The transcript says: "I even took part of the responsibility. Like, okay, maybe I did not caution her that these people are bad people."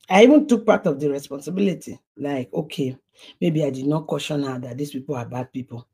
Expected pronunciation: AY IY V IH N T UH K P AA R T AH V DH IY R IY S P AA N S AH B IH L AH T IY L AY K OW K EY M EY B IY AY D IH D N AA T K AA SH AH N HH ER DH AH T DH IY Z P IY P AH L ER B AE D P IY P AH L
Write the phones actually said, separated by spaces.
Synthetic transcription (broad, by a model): AY IY V IH N T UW K P AA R T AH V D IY R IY S P AA N S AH B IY L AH T IY L AY K OW K EY M EY B IY AY D IH D N AA T K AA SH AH N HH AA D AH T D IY S P IY P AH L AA B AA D P IY P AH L